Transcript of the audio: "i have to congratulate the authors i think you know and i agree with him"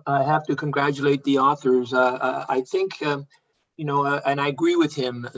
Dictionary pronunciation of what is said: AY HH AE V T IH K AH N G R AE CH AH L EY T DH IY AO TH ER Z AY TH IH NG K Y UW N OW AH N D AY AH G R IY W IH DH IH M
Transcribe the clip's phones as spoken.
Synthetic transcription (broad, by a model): AY HH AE F T IH K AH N G R AE CH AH L EY T DH IY AO TH ER Z AY TH IH NG K Y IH N OW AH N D AY AH G R IY W IH DH IH M